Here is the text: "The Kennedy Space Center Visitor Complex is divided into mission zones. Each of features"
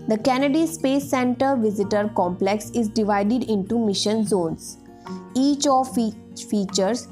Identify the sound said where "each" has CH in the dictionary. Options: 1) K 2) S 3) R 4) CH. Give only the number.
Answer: 4